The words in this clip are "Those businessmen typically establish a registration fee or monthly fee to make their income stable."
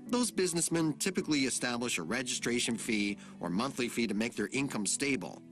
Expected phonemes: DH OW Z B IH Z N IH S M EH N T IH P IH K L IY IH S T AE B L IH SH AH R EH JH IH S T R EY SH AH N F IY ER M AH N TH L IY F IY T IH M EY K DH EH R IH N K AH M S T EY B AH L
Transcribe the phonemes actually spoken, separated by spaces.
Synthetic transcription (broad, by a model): DH OW Z B IH Z N IH S M EH N T IH P IH K L IY IH S T AE B L IH SH AH R EH JH IH S T R EY SH AH N F IY ER M AH N TH L IY F IY T IH M EY K DH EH R IH N K AH M S T EY B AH L